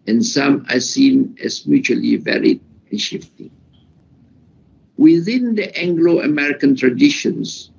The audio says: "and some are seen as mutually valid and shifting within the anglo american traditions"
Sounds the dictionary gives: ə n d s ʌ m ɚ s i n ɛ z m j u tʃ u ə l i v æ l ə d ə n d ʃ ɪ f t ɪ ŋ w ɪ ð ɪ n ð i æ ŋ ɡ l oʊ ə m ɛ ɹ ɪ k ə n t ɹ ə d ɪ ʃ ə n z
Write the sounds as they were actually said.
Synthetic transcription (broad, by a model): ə n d s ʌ m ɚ s i n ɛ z m j u tʃ u ə l i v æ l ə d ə n ʃ ɪ f t ɪ ŋ w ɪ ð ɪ n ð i æ ŋ ɡ l oʊ ə m ɛ ɹ ɪ k ə n t ɹ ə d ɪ ʃ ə n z